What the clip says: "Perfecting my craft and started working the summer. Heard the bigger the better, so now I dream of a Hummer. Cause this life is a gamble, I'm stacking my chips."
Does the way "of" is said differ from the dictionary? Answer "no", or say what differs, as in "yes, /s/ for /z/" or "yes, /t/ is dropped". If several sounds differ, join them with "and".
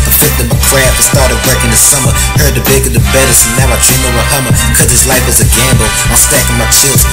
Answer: yes, /w/ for /v/